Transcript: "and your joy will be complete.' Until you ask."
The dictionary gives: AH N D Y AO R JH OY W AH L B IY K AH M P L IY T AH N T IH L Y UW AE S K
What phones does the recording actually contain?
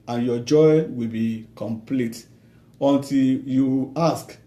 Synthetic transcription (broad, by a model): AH N Y AO JH OY W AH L B IY K AH M P L IY T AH N T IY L Y UW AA S K